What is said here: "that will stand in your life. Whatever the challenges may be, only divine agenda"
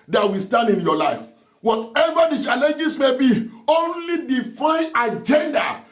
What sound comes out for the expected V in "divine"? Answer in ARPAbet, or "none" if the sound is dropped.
F